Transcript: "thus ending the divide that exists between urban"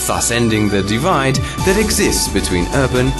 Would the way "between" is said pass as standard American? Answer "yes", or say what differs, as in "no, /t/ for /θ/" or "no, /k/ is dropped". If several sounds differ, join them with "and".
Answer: yes